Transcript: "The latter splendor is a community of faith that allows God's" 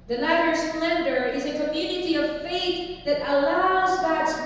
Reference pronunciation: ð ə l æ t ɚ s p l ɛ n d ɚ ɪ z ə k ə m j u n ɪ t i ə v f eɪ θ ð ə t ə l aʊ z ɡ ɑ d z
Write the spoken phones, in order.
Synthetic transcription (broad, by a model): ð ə n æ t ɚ s p l ɛ n d ɚ ɪ z ə k ə m j u n ɪ t i ə v f eɪ θ ð ə t ə l aʊ z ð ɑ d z